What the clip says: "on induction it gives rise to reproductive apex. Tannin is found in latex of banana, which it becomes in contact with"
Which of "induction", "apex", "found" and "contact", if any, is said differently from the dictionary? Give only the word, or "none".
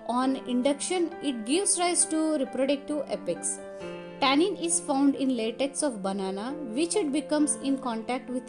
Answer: none